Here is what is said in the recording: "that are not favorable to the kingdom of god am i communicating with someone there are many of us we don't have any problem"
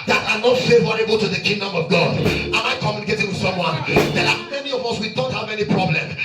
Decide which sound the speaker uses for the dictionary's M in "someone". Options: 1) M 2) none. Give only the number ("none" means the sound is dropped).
1